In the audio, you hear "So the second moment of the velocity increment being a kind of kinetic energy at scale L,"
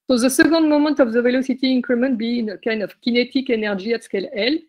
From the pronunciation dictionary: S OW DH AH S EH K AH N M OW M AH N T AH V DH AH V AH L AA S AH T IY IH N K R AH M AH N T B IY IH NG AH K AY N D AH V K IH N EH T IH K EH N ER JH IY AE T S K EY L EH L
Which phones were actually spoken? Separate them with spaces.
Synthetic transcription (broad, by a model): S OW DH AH S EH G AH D M OW M AH N T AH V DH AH V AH L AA S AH T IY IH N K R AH M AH N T B IY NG AH K AY N D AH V K IH N EH T IH K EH N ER ZH IY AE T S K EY L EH L